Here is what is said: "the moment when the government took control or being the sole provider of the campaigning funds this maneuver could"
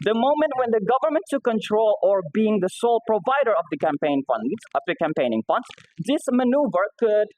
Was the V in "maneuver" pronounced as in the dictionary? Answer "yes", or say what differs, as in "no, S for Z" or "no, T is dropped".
yes